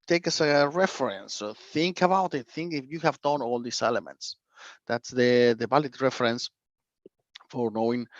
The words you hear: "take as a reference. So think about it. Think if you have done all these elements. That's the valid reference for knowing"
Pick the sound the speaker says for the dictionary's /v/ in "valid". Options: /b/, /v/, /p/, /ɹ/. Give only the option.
/b/